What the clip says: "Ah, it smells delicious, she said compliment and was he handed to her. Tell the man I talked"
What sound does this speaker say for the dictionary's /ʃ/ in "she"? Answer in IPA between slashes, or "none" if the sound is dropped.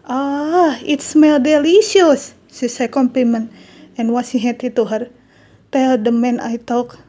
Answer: /s/